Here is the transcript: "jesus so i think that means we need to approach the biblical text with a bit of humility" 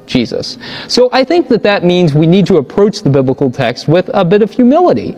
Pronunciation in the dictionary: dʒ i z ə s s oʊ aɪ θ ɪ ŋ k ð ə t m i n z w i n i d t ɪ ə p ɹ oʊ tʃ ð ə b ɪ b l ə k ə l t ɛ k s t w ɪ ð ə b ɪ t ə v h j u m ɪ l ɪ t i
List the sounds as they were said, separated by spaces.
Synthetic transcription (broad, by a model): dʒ i z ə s s oʊ aɪ θ ɪ ŋ k ð ə t m i n z w i n i d t ɪ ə p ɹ oʊ tʃ ð ə b ɪ b l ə k l t ɛ k s t w ɪ ð ə b ɪ t ə v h j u m ɪ l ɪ t i